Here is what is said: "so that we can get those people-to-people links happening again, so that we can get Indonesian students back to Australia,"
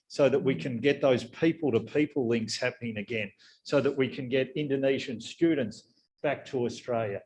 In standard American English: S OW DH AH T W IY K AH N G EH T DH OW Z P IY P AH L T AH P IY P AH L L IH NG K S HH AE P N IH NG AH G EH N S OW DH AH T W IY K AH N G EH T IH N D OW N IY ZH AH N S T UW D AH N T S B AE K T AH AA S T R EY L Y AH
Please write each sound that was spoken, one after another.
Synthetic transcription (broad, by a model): S OW DH AH T W IY K AH N G EH T DH OW Z P IY P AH L T AH P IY P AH L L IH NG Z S HH AE P N IH NG AH G EH N S OW DH AH T W IY K AH N G EH T IH N D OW N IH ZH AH N S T UW D N T S B AE K T AH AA S T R EY L Y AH